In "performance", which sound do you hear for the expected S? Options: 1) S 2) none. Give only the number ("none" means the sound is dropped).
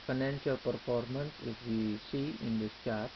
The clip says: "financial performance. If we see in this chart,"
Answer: 1